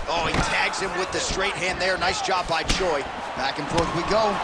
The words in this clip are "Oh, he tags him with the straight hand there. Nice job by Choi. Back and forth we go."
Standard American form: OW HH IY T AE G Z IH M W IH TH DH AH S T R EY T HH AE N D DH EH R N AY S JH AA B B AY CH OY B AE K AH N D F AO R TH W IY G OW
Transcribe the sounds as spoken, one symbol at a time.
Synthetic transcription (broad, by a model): OW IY T AE G Z IH M W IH DH AH S T R EY T HH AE N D DH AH R N AY S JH AA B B AY CH OY B AE K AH N F AO R TH W IY G OW